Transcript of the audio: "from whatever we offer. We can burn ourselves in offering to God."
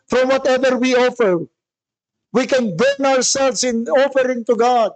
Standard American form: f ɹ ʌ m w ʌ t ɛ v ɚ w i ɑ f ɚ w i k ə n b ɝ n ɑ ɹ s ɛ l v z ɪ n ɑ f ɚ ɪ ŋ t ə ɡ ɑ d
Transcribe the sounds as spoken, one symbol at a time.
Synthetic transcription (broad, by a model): f ɹ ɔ m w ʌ t ɛ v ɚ w i ɑ f ɚ w i k ə n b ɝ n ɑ ɹ s ɛ l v s ɪ n ɑ f ɚ ɪ ŋ t ə ɡ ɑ d